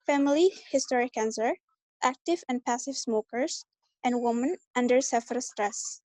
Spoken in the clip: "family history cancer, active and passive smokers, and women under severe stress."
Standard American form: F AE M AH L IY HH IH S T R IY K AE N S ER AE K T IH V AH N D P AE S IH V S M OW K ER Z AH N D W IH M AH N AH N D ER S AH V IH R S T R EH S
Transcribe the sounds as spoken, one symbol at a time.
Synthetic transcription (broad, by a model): F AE M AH L IY HH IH S T R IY K AE N S ER AE K T IH V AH N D P AE S IH V S M OW K ER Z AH N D W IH M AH N AH N D ER S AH F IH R S T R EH S